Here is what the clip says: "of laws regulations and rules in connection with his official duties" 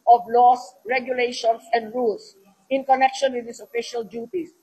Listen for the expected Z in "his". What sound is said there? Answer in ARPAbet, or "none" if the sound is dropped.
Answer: S